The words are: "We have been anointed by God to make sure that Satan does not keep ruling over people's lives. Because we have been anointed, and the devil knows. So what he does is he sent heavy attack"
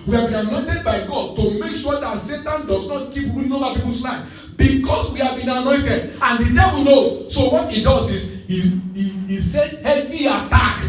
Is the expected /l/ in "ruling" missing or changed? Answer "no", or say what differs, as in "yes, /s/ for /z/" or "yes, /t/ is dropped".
yes, /l/ is dropped